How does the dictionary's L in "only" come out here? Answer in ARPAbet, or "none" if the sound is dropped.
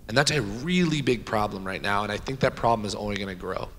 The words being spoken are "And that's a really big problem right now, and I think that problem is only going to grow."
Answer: W